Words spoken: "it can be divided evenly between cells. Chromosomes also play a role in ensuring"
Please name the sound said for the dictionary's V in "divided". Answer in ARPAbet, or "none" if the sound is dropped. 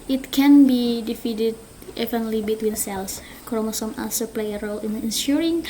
F